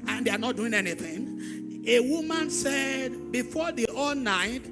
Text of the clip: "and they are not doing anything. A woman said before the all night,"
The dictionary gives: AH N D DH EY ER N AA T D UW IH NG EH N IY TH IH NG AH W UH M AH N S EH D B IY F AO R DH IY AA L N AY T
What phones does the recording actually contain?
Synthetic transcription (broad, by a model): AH N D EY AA N AA T D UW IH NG EH N IY TH IH NG AH W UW M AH N S EH D B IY F AO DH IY AA L N AY T